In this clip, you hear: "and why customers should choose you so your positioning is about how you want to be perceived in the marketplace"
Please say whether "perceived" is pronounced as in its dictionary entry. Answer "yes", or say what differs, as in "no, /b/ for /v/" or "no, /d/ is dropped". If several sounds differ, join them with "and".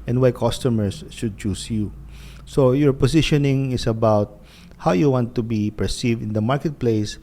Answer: yes